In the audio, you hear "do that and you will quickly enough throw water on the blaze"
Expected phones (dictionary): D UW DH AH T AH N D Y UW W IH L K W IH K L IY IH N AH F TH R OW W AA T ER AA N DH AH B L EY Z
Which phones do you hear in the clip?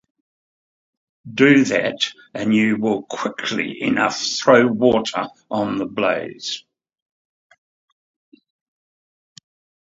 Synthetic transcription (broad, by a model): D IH DH AH T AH N Y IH W IH L K W IH K L IY IH N AH F TH R OW W AA T ER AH N DH AH B L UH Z